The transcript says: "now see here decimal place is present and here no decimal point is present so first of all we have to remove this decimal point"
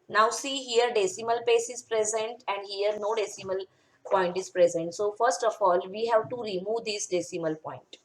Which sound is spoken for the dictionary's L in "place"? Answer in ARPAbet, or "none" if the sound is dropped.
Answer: none